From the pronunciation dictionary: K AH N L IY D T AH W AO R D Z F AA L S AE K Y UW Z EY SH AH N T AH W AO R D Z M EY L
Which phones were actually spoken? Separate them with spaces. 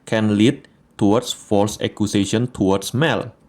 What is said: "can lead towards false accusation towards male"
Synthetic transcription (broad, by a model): K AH N L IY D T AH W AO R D S F AA L S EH K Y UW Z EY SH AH N T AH W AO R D S M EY L